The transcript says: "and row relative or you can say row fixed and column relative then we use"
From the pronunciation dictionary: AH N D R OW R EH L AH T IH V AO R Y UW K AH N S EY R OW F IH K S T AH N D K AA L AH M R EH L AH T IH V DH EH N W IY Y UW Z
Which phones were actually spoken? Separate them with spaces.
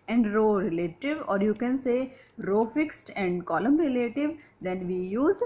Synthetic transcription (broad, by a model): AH N D R OW R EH L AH T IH V AO R Y UW K AH N S EY R OW F IH K S T AH N D K AA L AH M R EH L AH T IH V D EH N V IY Y UW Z